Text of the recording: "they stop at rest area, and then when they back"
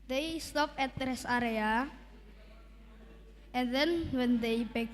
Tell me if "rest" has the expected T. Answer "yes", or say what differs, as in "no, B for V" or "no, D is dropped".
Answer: no, T is dropped